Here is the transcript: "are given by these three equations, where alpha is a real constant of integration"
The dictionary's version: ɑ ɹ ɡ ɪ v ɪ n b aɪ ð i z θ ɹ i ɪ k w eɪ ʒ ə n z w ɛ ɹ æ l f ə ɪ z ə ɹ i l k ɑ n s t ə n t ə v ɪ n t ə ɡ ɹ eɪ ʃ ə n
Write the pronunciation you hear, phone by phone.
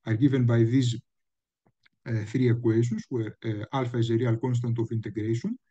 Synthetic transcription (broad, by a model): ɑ ɹ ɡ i v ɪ n b aɪ ð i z θ ɹ i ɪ k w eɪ s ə n s w ɛ ɹ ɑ l f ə ɪ z ə ɹ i l k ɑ n s t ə n t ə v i n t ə ɡ ɹ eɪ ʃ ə n